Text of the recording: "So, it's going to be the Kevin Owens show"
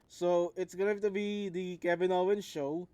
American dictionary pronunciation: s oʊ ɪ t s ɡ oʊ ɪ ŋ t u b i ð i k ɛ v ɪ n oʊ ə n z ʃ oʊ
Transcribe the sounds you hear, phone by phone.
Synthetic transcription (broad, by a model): s oʊ ɪ t s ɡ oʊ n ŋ t u b i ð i k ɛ b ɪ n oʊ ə n ʃ oʊ